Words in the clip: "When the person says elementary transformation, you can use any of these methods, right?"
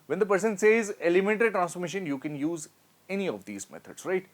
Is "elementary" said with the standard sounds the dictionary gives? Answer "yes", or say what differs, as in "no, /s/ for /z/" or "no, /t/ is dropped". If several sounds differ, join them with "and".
no, /ɹ/ is dropped